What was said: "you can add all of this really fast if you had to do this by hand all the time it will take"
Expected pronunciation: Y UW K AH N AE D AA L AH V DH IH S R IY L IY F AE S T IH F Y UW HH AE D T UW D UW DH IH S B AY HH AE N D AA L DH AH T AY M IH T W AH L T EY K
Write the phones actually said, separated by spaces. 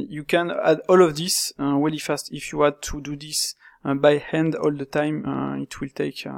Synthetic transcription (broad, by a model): Y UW K AH N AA D AA L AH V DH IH S W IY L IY F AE S T IH F Y UW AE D T UW D UW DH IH S B AY HH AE N D AA L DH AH T AY M IH T W AH L T EY K